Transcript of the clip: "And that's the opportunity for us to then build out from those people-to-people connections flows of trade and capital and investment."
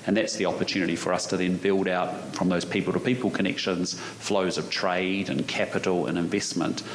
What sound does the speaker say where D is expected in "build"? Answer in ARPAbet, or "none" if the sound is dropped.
D